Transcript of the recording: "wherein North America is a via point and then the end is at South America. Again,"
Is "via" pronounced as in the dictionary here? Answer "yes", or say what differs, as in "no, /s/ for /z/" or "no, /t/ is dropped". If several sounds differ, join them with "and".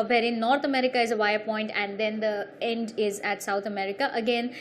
yes